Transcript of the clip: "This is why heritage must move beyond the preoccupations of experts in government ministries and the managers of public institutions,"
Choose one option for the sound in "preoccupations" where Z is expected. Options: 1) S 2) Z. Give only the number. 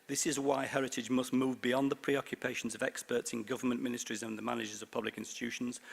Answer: 2